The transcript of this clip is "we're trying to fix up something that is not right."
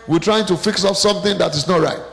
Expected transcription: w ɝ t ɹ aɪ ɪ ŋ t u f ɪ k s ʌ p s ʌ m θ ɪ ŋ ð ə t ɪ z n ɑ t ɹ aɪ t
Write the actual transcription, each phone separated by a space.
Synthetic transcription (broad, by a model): w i t ɹ aɪ ɪ ŋ t u f ɪ k s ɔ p s ʌ m θ ɪ ŋ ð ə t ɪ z n ɑ t ɹ aɪ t